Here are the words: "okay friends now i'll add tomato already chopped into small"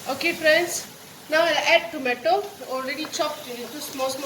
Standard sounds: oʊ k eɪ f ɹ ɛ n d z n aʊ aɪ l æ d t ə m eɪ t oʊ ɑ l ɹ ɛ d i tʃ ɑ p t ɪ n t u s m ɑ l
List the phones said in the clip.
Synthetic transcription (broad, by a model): oʊ k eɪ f ɹ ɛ n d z n aʊ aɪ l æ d t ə m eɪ t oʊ ɑ l ɹ ɛ d i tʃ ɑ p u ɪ t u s m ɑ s